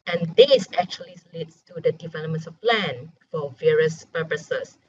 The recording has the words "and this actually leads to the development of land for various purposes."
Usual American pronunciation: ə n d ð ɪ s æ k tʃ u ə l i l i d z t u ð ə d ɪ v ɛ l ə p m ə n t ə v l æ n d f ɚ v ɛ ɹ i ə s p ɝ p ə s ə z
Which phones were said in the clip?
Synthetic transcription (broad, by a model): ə n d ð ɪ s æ k tʃ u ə l i l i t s t u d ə d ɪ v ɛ l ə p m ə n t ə p l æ n f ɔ v ɛ ɹ i ə s p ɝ p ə s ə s